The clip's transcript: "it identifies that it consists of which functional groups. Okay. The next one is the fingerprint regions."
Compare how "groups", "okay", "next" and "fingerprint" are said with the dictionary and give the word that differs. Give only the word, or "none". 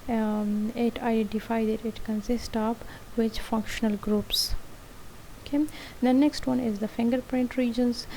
none